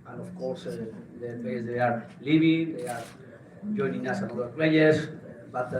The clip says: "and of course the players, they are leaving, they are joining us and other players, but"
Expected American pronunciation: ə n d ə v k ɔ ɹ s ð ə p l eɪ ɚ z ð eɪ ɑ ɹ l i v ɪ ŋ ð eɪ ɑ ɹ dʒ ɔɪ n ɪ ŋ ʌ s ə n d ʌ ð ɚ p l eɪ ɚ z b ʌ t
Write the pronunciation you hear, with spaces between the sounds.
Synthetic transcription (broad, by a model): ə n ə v k ɔ ɹ s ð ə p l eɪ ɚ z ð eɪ ɑ ɹ l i b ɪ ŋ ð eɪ ɑ ɹ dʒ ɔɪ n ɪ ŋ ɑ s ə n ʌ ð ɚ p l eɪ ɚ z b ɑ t